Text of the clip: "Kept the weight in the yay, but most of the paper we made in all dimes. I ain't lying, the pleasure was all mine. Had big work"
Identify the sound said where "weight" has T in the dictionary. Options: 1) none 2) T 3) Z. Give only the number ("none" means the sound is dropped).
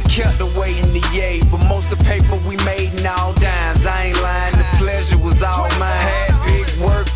1